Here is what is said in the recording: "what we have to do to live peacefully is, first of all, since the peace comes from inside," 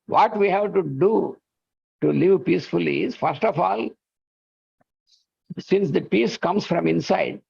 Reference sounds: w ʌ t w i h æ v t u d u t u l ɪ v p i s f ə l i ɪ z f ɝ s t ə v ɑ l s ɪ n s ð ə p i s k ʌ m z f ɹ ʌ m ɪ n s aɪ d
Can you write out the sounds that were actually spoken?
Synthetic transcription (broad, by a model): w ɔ t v i h æ v t u d u t u l ɪ v p i s f ə l i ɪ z f ɝ s t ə f ɑ l s ɪ n s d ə p i s k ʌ m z f ɹ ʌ m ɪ n s aɪ d